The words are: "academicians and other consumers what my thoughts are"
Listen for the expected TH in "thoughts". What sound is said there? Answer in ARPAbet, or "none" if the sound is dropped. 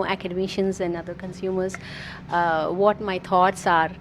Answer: T